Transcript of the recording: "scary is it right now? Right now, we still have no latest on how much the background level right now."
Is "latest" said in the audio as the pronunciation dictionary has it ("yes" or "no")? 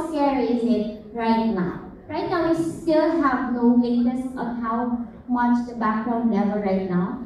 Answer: no